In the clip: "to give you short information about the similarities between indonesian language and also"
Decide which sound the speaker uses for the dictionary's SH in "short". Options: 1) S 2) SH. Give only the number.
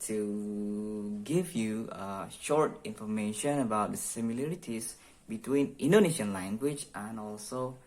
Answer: 2